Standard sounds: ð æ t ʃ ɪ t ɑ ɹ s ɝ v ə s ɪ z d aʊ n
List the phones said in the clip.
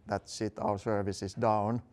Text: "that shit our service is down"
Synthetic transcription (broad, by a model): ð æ t s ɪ t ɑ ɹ s ɝ v ə s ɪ s d aʊ n